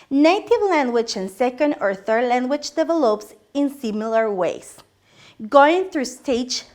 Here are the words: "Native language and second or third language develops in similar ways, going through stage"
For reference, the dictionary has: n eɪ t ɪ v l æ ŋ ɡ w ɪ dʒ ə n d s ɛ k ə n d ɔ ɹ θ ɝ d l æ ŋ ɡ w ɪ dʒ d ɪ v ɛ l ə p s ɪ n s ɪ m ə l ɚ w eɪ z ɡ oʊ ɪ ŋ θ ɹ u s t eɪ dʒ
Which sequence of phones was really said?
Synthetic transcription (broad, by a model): n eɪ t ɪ v l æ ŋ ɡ w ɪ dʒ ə n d s ɛ k ə n d ɔ ɹ θ ɝ d l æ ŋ ɡ w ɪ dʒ d ɪ v ɛ l ə p s ɪ n s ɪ m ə l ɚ w eɪ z ɡ oʊ ɪ ŋ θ ɹ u s t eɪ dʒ